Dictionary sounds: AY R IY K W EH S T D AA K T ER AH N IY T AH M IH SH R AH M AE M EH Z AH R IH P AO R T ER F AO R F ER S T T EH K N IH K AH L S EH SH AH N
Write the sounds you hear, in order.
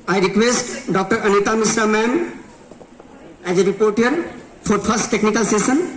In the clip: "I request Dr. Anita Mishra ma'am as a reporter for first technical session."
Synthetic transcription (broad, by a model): AY R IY K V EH S T D AA K T ER AH N IY T AH M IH S R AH M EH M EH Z AH R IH P AO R T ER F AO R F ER S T T EH K N IH K AH L S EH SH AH N